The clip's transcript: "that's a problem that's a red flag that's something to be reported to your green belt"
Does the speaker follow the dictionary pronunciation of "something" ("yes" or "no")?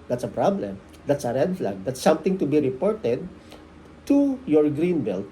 no